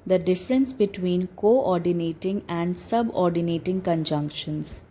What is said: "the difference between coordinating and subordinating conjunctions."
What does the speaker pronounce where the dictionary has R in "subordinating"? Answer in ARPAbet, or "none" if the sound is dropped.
R